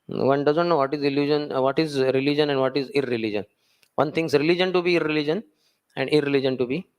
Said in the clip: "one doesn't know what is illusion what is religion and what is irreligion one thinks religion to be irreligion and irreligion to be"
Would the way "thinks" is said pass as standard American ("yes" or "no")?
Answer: no